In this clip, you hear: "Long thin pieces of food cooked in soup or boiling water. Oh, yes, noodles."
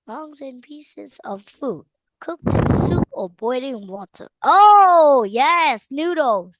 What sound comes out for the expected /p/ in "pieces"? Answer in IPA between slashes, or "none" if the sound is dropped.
/p/